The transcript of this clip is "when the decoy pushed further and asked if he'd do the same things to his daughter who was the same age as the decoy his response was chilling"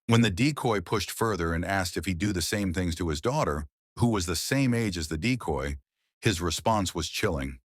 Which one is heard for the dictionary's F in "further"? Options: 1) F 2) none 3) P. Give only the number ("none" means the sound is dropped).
1